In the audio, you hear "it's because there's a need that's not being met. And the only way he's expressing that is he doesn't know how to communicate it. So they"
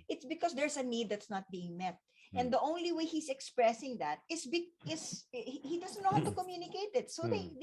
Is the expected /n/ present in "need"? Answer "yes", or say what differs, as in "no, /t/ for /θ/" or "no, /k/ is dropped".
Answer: yes